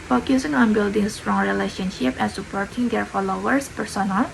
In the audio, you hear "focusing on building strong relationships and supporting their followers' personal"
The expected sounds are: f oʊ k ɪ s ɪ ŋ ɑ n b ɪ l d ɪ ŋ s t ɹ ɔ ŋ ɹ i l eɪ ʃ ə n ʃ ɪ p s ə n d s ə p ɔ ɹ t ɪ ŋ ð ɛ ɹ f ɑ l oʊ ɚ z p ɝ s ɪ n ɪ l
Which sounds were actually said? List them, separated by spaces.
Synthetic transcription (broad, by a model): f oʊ k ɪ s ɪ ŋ ɑ n b ɪ l d ɪ ŋ s t ɹ ɔ ŋ ɹ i l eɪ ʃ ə n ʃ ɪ p ə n s ə p ɔ ɹ t ɪ ŋ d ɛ ɹ f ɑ l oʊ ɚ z p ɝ s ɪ n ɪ l